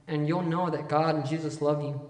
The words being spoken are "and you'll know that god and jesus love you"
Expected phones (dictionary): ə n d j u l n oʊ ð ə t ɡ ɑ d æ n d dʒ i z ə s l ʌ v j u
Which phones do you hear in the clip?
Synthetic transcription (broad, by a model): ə n j u l n oʊ ð ə t ɡ ɑ d n dʒ i z ə s l ʌ v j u